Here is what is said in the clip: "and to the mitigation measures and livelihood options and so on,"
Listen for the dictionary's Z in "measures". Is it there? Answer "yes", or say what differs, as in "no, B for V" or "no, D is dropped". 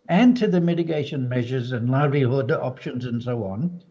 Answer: yes